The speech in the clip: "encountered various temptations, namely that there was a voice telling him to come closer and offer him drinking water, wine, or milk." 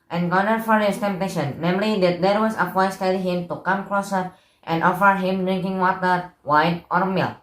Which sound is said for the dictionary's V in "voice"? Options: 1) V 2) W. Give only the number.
2